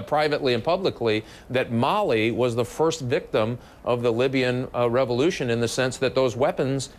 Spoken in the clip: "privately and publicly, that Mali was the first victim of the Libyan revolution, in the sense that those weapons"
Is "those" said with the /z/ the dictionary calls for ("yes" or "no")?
yes